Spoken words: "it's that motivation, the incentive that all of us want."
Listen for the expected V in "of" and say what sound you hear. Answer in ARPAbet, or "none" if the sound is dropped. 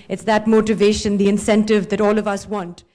V